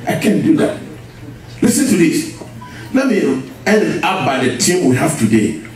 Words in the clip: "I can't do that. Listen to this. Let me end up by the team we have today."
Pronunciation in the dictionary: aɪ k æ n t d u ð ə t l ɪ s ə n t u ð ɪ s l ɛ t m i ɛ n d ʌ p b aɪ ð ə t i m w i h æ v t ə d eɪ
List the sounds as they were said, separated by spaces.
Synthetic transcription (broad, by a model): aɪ k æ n d u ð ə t l ɪ s ə n t u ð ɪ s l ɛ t m i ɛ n ɑ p b aɪ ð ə t i m w i h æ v t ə d eɪ